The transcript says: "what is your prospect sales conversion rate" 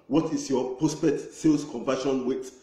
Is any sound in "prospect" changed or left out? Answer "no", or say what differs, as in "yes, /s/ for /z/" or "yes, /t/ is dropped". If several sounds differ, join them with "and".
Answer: yes, /k/ is dropped